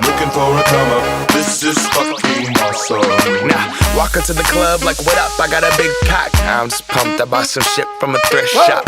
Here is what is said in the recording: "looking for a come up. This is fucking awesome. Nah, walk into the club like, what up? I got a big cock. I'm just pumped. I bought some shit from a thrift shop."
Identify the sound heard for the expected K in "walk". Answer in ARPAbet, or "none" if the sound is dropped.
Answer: K